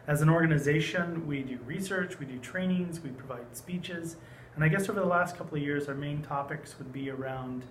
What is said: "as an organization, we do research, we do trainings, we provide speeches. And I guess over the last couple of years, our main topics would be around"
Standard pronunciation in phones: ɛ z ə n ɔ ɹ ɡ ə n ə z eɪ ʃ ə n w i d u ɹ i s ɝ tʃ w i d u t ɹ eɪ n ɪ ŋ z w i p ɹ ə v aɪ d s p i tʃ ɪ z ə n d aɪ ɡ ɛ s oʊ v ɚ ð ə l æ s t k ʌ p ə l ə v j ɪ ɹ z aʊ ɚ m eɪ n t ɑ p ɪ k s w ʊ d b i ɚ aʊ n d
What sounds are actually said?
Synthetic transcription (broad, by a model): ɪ z ə n ɔ ɹ ɡ ə n ə z eɪ ʃ ə n w i d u ɹ i s ɝ tʃ w i d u t ɹ eɪ n ɪ ŋ z w i p ɹ ə v aɪ d s p i tʃ ɪ z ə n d aɪ ɡ ɛ s oʊ v ɚ ð ə l æ s t k ʌ p l ə v j ɪ ɹ z aʊ ɚ m eɪ n t ɑ p ɪ k s w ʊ d b i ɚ aʊ n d